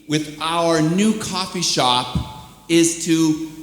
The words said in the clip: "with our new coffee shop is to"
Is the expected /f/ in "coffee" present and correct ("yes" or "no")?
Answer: yes